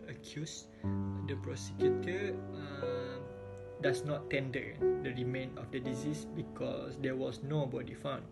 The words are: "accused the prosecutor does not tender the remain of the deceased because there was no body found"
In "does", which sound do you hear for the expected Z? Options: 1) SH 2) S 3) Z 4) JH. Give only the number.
2